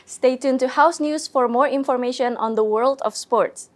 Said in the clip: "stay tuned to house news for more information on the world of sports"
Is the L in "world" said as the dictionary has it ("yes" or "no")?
yes